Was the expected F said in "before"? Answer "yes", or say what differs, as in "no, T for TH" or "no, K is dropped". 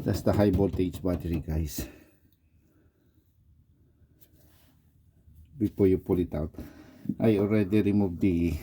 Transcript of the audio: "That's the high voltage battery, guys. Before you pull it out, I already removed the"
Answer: no, P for F